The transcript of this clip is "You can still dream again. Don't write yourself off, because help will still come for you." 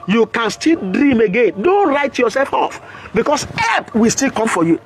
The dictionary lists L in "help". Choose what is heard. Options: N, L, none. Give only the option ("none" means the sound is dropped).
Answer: none